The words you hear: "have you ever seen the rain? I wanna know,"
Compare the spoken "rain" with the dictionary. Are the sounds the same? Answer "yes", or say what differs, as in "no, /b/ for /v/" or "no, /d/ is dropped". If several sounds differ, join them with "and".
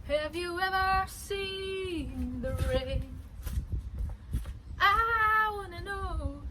no, /n/ is dropped